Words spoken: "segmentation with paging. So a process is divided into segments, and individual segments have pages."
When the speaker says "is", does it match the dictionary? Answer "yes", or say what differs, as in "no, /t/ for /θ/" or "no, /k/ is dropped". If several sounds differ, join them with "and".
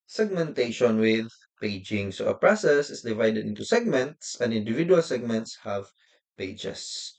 no, /s/ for /z/